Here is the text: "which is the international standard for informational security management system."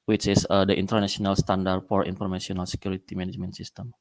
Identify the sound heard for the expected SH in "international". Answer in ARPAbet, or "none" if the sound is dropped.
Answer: S